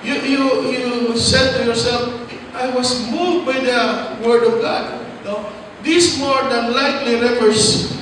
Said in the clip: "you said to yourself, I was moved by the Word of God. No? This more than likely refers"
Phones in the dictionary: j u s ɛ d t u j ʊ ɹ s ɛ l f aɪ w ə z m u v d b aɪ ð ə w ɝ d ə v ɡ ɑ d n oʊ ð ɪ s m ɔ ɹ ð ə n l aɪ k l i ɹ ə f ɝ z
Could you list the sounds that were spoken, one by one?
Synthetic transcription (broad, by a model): j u s ɛ d t u j ʊ ɹ s ɛ l f aɪ w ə s m u v d b aɪ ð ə w ɝ d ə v ɡ ɑ d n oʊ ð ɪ s m ɔ ɹ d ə n l aɪ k l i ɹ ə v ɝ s